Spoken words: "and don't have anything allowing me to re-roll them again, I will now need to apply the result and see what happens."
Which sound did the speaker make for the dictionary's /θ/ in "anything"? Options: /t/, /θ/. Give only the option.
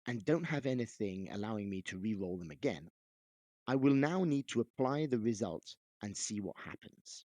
/θ/